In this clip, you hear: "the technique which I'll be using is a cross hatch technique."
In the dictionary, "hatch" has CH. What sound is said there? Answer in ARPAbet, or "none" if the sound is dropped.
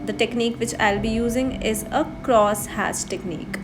S